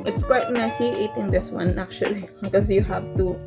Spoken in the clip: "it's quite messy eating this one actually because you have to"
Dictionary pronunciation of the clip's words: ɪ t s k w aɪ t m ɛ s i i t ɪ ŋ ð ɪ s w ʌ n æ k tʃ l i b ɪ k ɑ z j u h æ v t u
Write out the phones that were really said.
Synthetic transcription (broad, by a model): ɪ t s k w aɪ t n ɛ s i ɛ t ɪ ŋ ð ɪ s w ʌ n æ k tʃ i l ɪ k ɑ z j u h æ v t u